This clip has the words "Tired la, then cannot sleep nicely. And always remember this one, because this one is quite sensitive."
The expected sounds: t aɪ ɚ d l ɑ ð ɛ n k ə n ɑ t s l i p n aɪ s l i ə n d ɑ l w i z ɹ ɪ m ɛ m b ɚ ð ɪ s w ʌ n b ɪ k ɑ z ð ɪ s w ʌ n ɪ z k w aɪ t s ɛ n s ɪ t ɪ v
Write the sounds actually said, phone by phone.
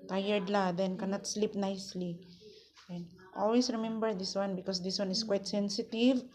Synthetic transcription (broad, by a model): t aɪ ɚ d l ɑ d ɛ n k ə n ɑ t s l i p n aɪ s l i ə n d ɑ l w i s ɹ ɪ m ɛ m b ɚ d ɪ s w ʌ n b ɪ k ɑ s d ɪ s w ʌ n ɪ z k w aɪ t s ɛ n s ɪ t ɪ v